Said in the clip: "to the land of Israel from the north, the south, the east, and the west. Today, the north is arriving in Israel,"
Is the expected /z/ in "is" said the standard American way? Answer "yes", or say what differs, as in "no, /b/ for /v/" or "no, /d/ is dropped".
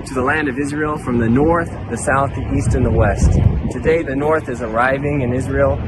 yes